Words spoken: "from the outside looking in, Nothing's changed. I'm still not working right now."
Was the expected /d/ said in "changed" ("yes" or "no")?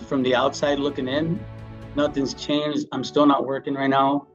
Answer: no